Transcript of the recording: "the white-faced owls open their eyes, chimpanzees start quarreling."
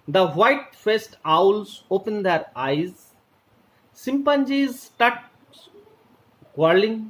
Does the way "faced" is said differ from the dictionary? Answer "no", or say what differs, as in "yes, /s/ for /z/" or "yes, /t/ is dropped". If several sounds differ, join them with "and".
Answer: no